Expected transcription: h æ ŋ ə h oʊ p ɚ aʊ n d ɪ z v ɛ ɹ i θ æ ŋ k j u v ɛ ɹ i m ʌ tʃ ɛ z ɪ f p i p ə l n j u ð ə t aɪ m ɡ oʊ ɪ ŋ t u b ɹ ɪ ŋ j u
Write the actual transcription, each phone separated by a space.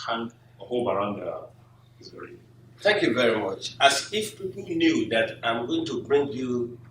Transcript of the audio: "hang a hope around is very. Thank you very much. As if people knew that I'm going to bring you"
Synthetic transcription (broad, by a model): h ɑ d ə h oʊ b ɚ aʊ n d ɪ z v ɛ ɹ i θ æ ŋ k j u v ɛ ɹ i m ʌ tʃ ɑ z ɪ f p i p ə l n j u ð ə t aɪ m ɡ oʊ ɪ ŋ t u b ɹ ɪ ŋ j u